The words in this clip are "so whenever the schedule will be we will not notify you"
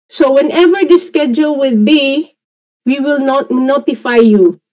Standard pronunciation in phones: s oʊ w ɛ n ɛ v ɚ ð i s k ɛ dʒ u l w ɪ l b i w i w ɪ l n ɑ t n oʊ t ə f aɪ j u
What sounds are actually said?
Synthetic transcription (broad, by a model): s oʊ w ɛ n ɛ v ɚ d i s k ɛ dʒ u l w ɪ l b i w i w ɪ l n ɑ t n oʊ t ə f aɪ j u